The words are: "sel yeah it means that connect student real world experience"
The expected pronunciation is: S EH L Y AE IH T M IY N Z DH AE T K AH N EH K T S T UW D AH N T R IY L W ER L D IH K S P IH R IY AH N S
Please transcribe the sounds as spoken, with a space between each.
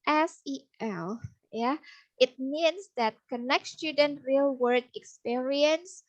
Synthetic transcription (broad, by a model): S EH L Y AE IH T M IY N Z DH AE T K AH N EH K T S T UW D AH N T R IY L W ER D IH K S P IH R IY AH N S